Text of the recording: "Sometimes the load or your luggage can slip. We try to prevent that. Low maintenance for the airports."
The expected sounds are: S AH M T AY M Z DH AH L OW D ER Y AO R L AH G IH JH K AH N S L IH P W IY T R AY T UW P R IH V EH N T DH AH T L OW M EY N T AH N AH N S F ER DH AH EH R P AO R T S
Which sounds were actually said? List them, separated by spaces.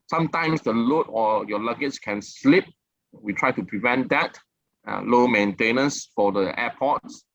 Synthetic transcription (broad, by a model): S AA M T AY M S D AH L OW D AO Y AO L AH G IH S K AH N S L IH P W IY T R AY T UW P R IH V EH N T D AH T L OW M EY N T AH N AH N S F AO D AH EH P AO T S